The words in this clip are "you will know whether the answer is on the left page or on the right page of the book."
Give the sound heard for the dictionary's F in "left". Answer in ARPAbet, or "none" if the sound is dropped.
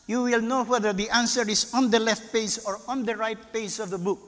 F